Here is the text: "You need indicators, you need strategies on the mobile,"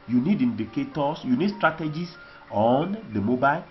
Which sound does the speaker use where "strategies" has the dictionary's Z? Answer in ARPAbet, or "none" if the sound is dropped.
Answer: S